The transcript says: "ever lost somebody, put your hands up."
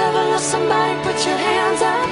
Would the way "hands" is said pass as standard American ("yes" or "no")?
yes